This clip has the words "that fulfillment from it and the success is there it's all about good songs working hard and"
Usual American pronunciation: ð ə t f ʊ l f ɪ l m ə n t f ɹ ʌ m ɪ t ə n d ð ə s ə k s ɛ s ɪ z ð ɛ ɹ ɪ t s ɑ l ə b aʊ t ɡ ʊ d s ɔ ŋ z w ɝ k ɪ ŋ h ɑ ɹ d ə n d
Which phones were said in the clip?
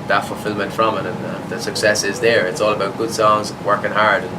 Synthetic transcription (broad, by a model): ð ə t f ʊ l f ɪ l m ə n t f ɹ ʌ m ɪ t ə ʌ ð ə s ə k s ɛ s ɪ z ð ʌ ɹ ɪ t s ɑ l ə b aʊ t ɡ ʊ d s ɔ ŋ z w ɝ k ɪ ŋ h ɑ ɹ d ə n